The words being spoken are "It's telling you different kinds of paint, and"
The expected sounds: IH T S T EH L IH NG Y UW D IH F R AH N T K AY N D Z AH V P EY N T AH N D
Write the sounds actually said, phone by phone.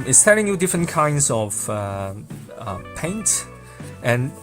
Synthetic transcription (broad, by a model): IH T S T EH L IH NG Y UW D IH F R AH N K AY N D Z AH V P EY N T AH N